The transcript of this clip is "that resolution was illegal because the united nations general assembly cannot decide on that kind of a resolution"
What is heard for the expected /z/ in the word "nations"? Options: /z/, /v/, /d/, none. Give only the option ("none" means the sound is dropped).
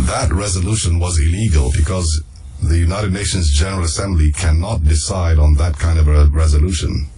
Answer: /z/